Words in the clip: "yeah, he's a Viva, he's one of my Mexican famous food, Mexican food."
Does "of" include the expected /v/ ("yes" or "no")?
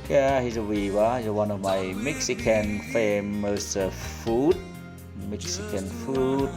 yes